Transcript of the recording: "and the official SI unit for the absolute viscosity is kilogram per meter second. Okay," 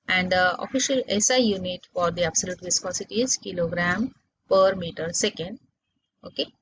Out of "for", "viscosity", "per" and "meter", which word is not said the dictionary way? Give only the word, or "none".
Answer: none